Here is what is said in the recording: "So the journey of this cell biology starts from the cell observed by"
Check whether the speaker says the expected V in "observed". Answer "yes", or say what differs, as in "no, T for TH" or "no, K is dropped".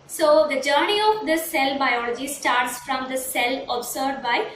no, V is dropped